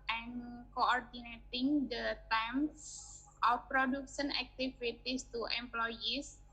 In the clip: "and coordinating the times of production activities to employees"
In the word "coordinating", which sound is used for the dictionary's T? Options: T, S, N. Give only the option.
T